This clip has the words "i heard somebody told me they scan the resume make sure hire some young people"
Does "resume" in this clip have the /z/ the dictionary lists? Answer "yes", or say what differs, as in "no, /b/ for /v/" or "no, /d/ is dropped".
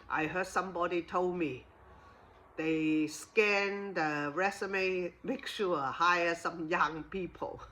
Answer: no, /s/ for /z/